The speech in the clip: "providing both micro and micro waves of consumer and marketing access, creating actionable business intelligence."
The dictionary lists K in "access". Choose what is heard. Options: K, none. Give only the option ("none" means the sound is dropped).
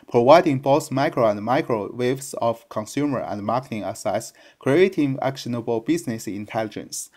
none